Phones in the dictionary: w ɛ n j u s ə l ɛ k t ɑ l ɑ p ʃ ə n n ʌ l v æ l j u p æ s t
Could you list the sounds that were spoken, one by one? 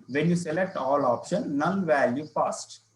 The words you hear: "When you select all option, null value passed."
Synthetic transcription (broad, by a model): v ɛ n j u s ə l ɛ k t ɑ l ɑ p ʃ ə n n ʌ n v æ l j u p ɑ s t